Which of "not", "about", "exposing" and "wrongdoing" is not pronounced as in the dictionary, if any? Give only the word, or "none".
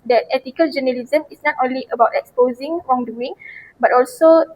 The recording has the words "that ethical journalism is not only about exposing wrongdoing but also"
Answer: none